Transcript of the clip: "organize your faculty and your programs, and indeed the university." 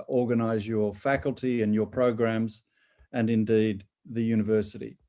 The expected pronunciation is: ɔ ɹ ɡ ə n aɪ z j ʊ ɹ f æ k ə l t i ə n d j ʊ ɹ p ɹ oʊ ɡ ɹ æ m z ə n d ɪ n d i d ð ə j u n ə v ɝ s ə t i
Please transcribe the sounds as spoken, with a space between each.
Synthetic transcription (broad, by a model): ɔ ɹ ɡ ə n aɪ z j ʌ ɹ f æ k ə l t i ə n j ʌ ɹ p ɹ oʊ ɡ ɹ æ m z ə n ɪ n d i d ð ə j u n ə v ɝ s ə t i